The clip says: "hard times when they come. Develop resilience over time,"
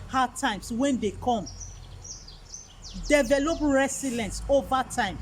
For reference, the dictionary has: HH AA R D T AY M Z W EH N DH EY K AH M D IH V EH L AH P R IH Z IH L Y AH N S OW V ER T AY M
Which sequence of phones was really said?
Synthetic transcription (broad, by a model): HH AA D T AY M S W EH N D EY K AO M D IH V EH L AH P R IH S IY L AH N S OW V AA T AY M